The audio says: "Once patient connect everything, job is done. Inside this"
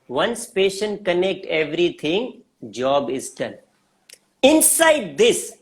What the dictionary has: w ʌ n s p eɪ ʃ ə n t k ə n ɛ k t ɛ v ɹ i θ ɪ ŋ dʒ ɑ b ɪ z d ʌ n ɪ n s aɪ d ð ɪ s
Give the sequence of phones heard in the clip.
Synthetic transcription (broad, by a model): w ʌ n s p eɪ ʃ ə n t k ə n ɛ k t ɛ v ɹ i t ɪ ŋ dʒ ɑ b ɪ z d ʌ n ɪ n s aɪ d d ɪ s